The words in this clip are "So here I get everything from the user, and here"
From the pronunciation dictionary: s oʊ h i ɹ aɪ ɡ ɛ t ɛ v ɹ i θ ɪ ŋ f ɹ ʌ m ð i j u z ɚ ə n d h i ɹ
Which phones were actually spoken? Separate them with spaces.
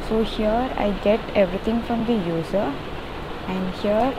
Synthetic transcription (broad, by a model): s oʊ h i ɹ aɪ ɡ ɛ t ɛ v ɹ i t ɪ ŋ f ɹ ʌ m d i j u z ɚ ə n d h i ɹ